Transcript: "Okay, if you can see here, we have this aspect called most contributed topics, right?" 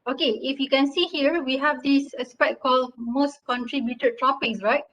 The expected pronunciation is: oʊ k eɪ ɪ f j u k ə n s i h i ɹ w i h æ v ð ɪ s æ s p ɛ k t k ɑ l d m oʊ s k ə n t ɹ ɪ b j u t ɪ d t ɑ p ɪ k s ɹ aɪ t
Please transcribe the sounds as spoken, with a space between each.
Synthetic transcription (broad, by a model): oʊ k eɪ ɪ f j u k ə n s i h i ɹ w i h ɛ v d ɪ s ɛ s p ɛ t k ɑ l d m oʊ s k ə n t ɹ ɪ b j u t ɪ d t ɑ p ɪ k s ɹ aɪ t